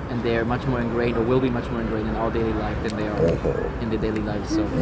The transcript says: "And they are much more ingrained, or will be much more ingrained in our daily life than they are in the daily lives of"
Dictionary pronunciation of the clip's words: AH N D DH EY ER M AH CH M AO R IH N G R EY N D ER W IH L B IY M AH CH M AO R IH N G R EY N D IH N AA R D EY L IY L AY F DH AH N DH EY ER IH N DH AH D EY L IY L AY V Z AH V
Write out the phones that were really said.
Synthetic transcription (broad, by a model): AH N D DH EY ER M AH CH M AO R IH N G R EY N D ER W IH L B IY M AH CH M AO R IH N G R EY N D IH N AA L D EY L IY L AY F DH AH N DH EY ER IH N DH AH D EY L IY L AY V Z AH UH